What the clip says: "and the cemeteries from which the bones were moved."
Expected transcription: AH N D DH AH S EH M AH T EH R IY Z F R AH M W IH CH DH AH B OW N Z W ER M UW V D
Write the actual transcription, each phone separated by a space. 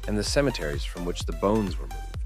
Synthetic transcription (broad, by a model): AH N DH AH S EH M AH T EH R IY Z F R AH M W IH CH DH AH B OW N Z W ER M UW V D